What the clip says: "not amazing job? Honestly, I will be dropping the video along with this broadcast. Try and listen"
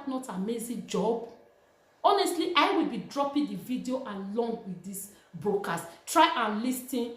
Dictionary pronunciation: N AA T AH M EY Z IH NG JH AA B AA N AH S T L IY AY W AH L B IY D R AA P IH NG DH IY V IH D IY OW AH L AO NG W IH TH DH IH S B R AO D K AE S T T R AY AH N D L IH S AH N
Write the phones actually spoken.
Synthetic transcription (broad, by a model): N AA T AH M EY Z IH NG JH AA B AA N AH S T L IY AY W AH L B IY D R AA P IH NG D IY V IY D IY OW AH L AO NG W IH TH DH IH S B R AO K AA S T T R AY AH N L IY S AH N